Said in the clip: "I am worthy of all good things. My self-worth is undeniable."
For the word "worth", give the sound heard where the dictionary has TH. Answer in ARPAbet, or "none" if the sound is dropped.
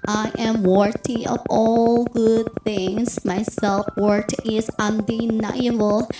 T